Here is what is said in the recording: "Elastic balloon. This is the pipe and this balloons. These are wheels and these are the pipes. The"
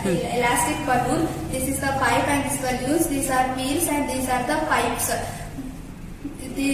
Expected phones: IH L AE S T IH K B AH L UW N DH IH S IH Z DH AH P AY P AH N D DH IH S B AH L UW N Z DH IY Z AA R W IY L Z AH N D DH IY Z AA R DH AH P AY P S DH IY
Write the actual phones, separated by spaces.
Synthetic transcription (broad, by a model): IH L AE S T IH K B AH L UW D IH S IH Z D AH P AY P AH N D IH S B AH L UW Z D IY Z AA R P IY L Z AH N D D IY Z AA R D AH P AY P S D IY